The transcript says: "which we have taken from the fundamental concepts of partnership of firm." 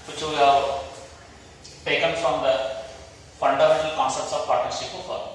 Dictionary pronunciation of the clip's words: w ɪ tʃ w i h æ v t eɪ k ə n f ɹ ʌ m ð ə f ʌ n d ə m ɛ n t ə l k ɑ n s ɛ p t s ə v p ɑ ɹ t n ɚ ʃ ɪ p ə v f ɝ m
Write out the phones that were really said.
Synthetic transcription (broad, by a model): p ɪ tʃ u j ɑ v t eɪ k ə n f ɹ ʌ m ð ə f ʌ n d ə m ɛ n t ə l k ɑ n s ɛ p t s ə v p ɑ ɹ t ɚ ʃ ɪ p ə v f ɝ